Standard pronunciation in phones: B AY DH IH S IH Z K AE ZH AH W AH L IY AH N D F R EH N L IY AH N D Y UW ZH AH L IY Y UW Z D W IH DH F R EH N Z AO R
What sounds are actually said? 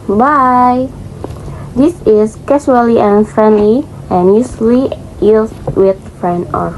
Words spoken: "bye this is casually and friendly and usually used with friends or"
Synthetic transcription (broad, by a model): B AY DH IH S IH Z K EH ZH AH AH L IY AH N F R EH N L IY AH N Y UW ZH L IY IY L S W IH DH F R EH N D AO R